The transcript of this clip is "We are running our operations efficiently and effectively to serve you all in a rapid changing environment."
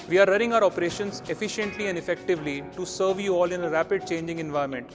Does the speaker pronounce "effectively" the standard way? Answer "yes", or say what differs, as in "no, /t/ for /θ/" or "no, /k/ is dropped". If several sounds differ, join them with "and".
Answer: yes